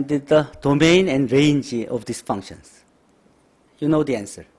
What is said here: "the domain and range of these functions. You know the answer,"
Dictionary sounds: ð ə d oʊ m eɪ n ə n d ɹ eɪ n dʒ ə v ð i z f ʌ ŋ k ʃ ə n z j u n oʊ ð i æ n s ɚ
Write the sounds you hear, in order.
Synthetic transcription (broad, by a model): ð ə d oʊ m eɪ n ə n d ɹ eɪ n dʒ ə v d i s f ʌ ŋ k ʃ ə n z j u n oʊ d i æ n s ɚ